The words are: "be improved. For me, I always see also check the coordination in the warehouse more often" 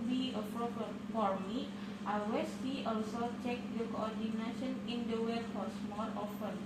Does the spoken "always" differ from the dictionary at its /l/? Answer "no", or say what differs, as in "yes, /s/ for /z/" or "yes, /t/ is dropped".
yes, /l/ is dropped